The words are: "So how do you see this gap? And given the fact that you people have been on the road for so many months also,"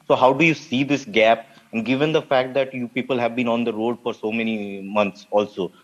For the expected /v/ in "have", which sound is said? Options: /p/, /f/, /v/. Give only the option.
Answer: /v/